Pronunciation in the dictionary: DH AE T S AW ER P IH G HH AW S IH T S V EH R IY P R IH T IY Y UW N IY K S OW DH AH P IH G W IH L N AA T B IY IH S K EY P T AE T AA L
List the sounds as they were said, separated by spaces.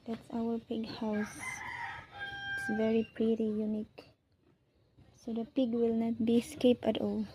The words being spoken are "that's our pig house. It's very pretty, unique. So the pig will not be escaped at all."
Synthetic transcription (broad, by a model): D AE T S AW ER P IH G HH AW S IH T S V EH R IY P R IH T IY Y UW N IY K S OW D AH P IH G W IH L N AA T B IY S K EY P AE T AA L